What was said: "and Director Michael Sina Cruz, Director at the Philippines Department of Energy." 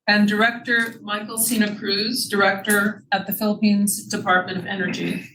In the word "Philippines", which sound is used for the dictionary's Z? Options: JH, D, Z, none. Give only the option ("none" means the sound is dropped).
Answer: Z